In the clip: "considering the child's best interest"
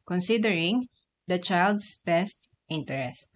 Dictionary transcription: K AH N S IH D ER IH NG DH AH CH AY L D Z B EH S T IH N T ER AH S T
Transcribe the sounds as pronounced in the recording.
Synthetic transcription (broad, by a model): K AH N S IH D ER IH NG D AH CH AY L D S B EH S T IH N T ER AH S T